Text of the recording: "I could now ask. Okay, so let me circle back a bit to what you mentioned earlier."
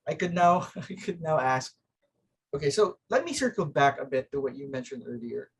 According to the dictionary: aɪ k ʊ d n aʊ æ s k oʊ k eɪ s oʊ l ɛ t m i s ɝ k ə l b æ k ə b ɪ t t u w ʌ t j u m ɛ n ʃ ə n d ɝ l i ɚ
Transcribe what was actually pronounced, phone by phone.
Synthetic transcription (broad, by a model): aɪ k ʊ d n aʊ æ s k oʊ k eɪ s oʊ l ɛ t m i s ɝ k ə l b æ k ə b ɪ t t u w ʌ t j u m ɛ n ʃ ə n d ɝ l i ɚ